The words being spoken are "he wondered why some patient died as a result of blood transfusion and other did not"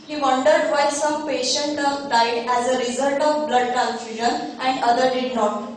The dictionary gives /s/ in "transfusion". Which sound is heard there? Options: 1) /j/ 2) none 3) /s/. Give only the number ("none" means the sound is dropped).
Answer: 2